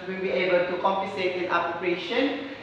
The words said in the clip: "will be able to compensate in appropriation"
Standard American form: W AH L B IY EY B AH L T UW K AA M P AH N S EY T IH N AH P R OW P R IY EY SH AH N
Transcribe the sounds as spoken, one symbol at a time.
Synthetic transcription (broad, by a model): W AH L B IY EY B AH L T UW K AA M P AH S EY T IH N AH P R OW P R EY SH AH N